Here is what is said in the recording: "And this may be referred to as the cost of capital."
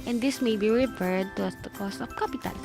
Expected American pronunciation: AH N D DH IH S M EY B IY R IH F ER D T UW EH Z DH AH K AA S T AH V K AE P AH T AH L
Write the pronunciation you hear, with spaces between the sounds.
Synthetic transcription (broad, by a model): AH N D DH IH S M EY B IY R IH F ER D T UW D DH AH K AA S T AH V K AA P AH T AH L